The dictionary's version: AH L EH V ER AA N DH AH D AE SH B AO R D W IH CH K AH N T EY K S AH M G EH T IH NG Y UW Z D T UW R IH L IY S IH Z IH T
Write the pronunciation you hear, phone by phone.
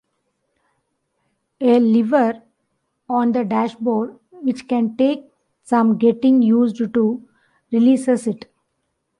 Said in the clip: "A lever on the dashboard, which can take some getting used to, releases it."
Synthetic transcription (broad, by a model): AH L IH V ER AA N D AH D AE SH B AO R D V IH CH K AH N T EY K S AH M G EH T IH NG Y UW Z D T UW R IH L IY S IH S IH T